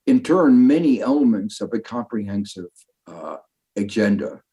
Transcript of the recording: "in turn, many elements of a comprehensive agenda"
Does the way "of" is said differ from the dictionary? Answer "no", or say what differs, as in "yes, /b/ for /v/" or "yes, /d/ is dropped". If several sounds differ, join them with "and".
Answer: no